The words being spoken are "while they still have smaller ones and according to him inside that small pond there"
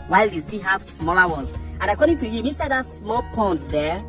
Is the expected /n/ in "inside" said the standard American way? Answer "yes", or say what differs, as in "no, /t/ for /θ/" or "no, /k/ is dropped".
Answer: no, /n/ is dropped